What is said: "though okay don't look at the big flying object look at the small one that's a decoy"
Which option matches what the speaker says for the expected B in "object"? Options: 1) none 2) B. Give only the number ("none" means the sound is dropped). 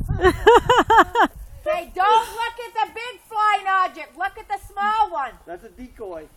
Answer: 1